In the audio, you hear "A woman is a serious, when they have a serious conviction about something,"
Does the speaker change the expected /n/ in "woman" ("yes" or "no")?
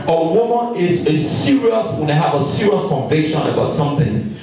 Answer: no